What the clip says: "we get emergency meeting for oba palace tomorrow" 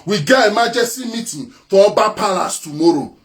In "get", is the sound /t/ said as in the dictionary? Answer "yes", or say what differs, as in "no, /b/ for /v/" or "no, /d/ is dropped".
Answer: no, /t/ is dropped